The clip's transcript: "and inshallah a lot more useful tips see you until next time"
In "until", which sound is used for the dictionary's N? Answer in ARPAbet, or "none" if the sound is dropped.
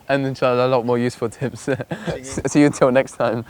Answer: none